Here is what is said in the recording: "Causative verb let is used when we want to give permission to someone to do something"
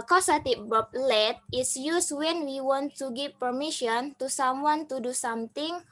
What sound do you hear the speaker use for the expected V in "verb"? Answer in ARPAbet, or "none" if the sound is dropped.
B